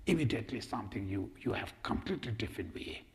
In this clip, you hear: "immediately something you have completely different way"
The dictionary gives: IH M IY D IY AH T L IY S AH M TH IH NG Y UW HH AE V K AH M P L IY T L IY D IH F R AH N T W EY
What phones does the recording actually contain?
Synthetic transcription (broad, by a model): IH M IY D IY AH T L IY S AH M T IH NG Y UW HH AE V K AH M P L IY T L IY D IH F R AH N T W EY